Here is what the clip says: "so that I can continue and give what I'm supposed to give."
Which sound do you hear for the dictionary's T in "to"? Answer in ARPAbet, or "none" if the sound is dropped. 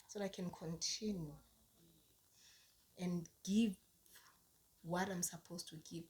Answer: T